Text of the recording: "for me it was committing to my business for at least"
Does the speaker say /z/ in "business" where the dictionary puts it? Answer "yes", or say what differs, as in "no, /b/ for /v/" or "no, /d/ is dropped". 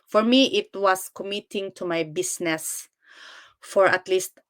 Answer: no, /s/ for /z/